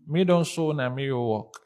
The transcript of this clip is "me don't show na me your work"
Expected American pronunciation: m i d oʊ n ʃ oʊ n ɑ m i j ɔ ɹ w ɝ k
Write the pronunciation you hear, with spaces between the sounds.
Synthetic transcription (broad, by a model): m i d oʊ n s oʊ n ɑ m i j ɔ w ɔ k